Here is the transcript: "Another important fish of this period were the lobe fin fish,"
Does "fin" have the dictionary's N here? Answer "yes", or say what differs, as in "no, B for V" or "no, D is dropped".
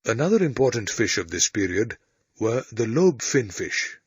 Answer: yes